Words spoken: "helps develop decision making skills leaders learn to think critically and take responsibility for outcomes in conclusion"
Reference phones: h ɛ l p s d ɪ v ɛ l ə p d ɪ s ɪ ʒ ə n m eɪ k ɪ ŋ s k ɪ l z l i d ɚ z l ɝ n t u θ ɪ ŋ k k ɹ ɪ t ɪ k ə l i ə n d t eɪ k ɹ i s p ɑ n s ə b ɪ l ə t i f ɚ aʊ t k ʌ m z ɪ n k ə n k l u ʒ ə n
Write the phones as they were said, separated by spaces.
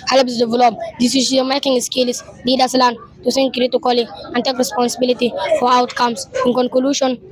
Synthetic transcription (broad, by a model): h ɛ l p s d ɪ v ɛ l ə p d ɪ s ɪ s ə m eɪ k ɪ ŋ s k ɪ l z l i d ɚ s l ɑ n t u s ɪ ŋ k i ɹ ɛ t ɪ k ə l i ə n t eɪ k ɹ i s p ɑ n s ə b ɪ l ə t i f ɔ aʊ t k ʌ m s ɪ n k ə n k l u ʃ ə n